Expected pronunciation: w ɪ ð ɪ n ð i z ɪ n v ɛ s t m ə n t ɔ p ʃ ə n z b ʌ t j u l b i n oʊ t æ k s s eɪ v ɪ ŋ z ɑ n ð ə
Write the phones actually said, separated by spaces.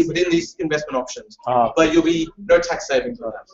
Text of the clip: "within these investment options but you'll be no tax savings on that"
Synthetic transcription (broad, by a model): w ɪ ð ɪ n ð i z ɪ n v ɛ s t m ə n t ɔ p ʃ ə n z b ʌ t j u l b i n oʊ t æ k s s eɪ v ɪ ŋ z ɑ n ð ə